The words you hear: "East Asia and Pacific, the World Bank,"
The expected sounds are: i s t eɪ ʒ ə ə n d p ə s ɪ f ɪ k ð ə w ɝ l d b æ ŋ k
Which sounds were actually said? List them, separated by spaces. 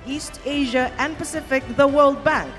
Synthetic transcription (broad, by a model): i s t eɪ ʒ ə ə n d p ə s ɪ f ɪ k ð ə w ɝ l d b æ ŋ k